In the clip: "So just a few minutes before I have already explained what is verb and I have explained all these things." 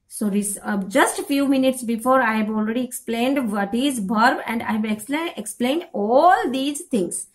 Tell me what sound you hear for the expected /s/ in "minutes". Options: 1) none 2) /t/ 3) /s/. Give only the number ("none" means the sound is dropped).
3